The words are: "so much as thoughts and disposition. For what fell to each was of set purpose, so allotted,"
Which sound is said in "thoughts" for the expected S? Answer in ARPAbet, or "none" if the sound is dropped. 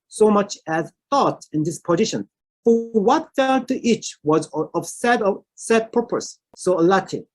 none